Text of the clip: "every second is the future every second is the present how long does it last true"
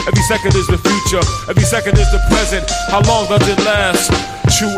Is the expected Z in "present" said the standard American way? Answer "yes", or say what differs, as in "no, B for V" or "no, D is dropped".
yes